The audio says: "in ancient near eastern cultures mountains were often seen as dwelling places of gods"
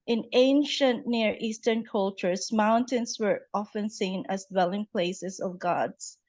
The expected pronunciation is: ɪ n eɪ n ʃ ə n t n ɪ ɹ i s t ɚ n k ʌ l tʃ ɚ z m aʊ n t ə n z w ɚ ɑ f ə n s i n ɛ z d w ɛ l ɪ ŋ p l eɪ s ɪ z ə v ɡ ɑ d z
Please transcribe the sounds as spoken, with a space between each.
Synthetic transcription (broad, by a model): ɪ n eɪ n ʃ ə n t n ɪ ɹ i s t ɚ n k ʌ l tʃ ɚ s m aʊ n t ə n s w ɚ ɑ f ə n s i n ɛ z d w ɛ l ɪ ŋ p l eɪ s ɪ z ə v ɡ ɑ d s